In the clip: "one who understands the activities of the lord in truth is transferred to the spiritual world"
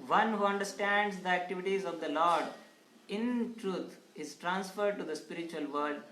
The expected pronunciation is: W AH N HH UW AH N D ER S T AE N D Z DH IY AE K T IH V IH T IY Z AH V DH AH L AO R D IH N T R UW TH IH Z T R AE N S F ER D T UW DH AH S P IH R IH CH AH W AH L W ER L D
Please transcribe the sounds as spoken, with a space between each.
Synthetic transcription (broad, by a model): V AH N HH UW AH N D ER S T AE N D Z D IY AE K T IH V IH T IY Z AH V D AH L AO R D IH N T R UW T IH Z T R AE N S F ER D T UW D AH S P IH R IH CH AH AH L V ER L D